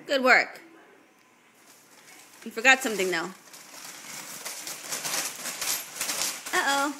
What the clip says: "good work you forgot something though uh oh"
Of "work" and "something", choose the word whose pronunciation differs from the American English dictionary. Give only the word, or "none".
none